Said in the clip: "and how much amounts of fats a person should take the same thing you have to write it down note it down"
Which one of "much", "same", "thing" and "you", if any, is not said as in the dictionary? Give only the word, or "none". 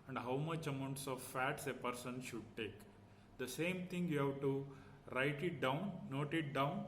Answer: thing